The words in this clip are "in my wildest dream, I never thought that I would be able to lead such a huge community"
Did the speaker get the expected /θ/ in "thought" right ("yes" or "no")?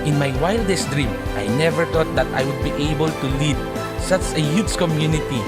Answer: no